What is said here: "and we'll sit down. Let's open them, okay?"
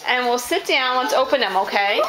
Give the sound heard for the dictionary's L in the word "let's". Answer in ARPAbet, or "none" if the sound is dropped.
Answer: W